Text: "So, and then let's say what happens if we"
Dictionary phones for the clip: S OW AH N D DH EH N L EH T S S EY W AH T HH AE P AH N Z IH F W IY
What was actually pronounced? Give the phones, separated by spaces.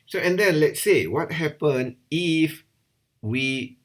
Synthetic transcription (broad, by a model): S OW AH N D EH N L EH T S S EY W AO T HH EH P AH N IH F W IY